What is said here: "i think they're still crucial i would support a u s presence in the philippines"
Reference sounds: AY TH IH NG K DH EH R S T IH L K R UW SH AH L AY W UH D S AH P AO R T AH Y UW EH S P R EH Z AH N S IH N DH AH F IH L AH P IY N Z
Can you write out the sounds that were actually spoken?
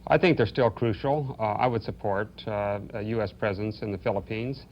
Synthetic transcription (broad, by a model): AY TH IH NG K DH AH R S T IH L K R UW SH L AY W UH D S AH P AO R T Y UW EH S P R EH Z AH N S IH N DH AH F IH L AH P IY N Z